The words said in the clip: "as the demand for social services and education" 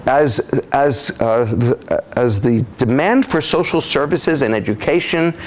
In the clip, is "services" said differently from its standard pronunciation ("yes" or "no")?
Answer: no